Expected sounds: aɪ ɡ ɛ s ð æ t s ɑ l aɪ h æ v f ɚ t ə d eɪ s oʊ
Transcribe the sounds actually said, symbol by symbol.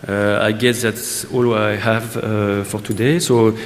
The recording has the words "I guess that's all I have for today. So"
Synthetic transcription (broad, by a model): aɪ ɡ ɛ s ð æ t s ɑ l aɪ h æ v f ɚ t ə d eɪ s oʊ